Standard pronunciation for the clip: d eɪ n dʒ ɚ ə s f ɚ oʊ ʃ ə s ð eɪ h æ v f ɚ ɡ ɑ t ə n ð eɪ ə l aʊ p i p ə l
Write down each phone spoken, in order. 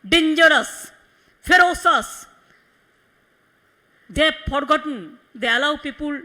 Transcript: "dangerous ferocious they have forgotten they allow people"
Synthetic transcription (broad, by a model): d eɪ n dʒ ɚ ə s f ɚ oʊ s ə s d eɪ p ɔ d ɡ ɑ t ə n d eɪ ə l aʊ p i p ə l